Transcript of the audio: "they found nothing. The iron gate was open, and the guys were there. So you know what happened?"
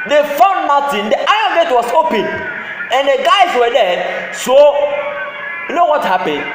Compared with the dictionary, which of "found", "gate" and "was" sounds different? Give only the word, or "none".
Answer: was